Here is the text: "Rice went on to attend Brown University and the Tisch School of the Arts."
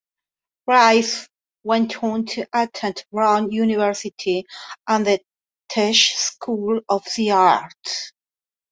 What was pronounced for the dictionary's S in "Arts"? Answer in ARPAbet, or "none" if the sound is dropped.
none